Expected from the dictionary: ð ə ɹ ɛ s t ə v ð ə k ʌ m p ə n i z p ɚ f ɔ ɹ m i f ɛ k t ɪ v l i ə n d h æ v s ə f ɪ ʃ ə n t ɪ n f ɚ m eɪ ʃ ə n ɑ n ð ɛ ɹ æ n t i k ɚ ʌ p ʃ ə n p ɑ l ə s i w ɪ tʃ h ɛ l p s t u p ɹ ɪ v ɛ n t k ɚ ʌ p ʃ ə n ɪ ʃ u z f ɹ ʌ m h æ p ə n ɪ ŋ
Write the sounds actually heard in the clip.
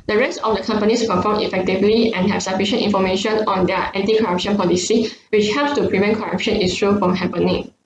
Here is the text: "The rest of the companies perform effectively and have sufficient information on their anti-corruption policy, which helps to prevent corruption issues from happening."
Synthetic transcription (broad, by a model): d ə ɹ ɛ s t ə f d ə k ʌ m p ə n i s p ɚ f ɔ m i f ɛ k t ɪ v l i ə n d h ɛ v s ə f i ʃ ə n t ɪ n f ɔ m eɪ ʃ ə n ɑ n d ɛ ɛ n t i k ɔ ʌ p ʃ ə n p ɑ l ə s i w ɪ tʃ h ɛ l p s t u p ɹ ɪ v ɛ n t k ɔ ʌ p ʃ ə n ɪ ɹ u f ɹ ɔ m h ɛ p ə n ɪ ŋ